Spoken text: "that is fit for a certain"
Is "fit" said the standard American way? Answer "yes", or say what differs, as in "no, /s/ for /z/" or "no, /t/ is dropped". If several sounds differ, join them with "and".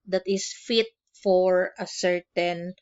yes